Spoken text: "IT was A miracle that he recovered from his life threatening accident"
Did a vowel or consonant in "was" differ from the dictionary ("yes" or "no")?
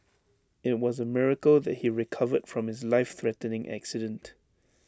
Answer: no